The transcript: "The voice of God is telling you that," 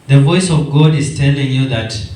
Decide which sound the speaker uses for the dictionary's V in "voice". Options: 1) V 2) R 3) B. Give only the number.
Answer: 1